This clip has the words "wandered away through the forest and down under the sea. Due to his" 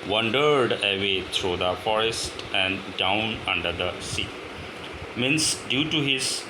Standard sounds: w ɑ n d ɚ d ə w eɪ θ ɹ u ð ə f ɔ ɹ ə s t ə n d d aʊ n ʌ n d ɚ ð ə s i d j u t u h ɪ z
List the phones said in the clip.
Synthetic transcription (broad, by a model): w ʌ n d ɚ d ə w eɪ t ɹ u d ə f ɔ ɹ ə s t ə n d d aʊ n ʌ n d ɚ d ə s i d j u t u h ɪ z